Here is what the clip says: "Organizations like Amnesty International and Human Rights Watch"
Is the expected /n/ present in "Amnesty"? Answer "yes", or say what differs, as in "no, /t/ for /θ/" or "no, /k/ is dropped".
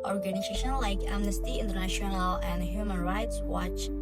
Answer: yes